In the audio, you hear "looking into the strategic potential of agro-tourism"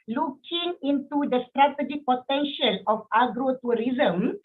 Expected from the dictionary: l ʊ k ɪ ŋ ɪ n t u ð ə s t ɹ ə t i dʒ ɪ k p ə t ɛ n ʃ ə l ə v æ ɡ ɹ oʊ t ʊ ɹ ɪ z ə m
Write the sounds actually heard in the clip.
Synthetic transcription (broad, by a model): l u k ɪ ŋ ɪ n t u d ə s t ɹ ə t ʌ dʒ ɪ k p ə t ɛ n ʃ ə l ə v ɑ ɡ ɹ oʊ t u ɹ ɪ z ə m